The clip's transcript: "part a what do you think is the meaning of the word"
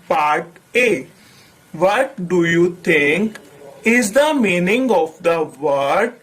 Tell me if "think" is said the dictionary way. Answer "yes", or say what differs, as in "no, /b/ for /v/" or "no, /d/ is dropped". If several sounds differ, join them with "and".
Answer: no, /t/ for /θ/